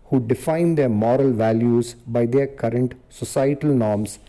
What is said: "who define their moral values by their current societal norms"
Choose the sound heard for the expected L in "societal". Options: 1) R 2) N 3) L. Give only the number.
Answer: 3